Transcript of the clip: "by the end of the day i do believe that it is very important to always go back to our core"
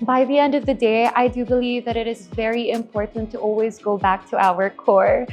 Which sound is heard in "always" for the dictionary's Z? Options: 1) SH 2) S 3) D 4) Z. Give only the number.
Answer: 4